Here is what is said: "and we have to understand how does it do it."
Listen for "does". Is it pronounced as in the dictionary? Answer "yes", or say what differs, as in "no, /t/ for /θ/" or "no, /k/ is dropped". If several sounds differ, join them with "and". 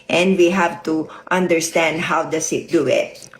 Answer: no, /s/ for /z/